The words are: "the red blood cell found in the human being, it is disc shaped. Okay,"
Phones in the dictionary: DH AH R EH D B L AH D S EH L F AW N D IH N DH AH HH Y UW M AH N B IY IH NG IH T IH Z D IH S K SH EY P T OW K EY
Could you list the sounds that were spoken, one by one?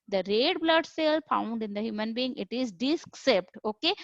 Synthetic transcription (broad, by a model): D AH R EH D B L AH D S EH L F AW N D IH N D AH HH Y UW M AH N B IY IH NG IH T IH Z D IH S K S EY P T OW K EY